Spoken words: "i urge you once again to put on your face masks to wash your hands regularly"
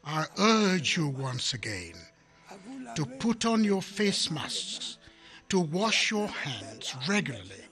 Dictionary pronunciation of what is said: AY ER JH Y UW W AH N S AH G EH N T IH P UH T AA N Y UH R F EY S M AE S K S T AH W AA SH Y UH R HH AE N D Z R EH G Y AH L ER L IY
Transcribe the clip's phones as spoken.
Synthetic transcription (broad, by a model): AY ER JH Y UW W AH N S AH G EH N T IH P UH T N Y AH R F EY S M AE S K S T AH W AA SH Y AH R HH AE N D Z R EH G Y L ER L IY